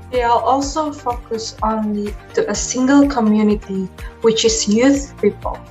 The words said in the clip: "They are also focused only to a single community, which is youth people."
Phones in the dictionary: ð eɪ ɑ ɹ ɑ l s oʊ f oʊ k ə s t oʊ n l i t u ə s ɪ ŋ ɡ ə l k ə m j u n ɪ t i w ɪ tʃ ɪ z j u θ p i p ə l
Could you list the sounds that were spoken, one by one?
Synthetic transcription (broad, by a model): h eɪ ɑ l ɑ l s oʊ f oʊ k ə s oʊ n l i t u ə s ɪ ŋ ɡ ə l k ə m j u n ɪ t i w ɪ tʃ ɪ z j u θ p i p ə l